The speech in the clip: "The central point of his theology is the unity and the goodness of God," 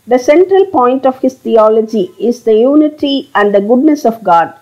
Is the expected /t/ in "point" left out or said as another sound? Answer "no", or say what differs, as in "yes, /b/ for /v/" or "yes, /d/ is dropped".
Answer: no